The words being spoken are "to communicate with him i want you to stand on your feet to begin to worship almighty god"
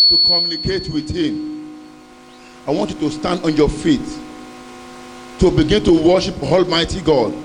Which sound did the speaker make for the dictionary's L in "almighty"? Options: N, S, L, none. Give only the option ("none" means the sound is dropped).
L